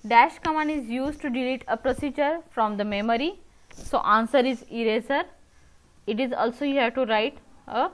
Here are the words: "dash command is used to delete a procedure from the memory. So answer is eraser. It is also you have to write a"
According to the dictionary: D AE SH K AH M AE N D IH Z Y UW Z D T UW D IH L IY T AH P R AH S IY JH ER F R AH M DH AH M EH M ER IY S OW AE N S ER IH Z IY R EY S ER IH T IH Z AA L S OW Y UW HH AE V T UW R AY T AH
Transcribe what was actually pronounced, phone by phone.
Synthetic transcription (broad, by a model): D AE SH K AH M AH N IH Z Y UW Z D T UW D IH L IY T AH P R AH S IY JH ER F R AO M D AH M EH M ER IY S OW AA N S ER IH Z IY R EY S ER IH T IH Z AA L S OW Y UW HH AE T UW R AY T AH